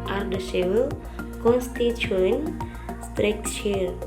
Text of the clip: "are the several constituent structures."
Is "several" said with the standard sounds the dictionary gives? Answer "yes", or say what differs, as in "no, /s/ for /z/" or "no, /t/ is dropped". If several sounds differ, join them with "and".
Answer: no, /ɹ/ is dropped